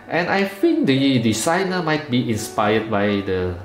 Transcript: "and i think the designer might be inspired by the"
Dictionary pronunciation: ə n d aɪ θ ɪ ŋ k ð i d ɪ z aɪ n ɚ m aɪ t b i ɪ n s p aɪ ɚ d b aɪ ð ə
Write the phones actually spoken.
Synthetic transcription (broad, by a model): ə n aɪ f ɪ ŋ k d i d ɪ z aɪ n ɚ m aɪ t b i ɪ n s p aɪ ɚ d b aɪ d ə